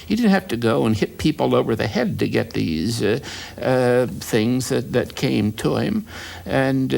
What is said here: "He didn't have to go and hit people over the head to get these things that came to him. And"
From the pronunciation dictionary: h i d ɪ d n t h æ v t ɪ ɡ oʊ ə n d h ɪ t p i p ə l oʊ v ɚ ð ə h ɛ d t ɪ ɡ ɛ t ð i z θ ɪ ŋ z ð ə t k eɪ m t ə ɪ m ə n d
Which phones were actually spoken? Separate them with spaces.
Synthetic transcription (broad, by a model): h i d ɪ d n t h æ f t ɪ ɡ oʊ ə n h ɪ t p i p l oʊ v ɚ ð ə h ɛ d t ɪ ɡ ɛ t ð i z θ ɪ ŋ z ð ə t k eɪ m t ə ɪ m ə n